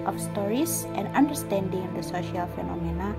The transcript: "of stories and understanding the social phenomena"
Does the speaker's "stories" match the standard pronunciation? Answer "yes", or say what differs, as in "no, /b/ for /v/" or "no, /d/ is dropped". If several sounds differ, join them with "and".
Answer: no, /s/ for /z/